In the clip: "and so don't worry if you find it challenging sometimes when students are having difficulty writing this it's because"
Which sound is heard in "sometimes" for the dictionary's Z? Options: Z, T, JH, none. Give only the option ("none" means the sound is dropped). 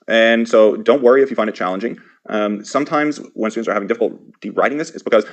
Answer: Z